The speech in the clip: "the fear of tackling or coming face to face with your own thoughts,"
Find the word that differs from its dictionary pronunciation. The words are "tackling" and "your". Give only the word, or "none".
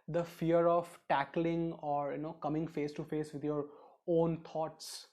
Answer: none